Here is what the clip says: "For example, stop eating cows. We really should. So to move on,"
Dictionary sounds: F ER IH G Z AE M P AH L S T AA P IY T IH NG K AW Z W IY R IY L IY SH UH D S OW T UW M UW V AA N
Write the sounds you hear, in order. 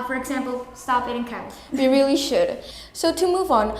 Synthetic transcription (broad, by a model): F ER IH G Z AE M P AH L S T AA P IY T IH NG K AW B IY R IY L IY SH UH D S OW T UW M UW V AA N